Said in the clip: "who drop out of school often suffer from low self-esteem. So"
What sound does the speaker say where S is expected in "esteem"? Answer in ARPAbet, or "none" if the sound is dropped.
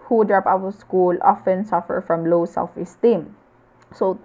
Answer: S